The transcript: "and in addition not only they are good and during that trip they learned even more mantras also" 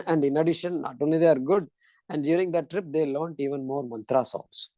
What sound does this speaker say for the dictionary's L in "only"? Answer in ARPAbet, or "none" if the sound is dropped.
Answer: none